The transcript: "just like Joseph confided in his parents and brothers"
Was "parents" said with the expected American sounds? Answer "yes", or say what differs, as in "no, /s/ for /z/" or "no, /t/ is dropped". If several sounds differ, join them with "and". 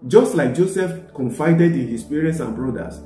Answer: no, /n/ is dropped